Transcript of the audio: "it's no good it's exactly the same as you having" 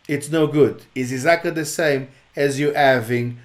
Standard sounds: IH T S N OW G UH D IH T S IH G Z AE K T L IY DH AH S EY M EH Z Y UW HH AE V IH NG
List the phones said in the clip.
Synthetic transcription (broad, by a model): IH T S N OW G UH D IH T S IH G Z AE K T L IY DH AH S EY M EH Z Y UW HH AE V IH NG